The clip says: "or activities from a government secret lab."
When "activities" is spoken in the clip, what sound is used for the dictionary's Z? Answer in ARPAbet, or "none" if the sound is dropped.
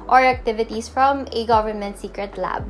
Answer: S